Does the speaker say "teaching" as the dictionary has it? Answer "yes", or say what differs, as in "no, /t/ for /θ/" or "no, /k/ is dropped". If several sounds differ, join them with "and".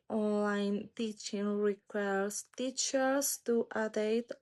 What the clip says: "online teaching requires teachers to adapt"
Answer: yes